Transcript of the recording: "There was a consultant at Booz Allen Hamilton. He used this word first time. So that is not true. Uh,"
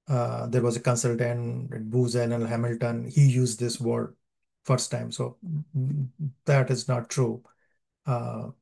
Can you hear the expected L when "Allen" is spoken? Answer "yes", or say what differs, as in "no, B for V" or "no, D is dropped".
no, N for L